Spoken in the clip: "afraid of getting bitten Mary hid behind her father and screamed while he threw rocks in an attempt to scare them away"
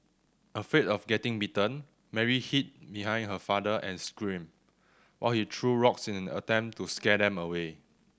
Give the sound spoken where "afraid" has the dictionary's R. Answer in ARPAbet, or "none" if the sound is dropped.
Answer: none